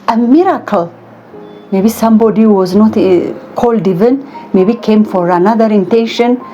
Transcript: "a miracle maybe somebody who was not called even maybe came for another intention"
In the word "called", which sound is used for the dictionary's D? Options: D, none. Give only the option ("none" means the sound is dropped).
D